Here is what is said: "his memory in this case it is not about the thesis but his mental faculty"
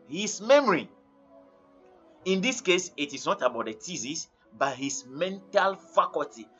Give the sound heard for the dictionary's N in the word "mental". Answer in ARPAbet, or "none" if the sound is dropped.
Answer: N